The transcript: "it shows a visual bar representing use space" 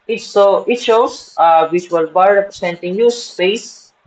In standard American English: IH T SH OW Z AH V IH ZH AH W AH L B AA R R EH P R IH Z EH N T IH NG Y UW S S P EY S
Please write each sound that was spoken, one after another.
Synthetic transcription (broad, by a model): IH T S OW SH AH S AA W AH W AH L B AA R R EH P R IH S EH N T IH NG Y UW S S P EY S